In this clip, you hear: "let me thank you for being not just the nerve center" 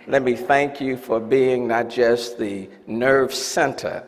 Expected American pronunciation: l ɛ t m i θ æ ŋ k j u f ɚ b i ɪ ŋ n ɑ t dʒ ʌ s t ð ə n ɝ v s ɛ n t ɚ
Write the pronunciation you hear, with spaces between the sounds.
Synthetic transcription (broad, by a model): l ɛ t m i θ æ ŋ k j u f ɚ b i ɪ ŋ n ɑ t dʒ ʌ s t ð ə n ɝ v s ɛ n t ɚ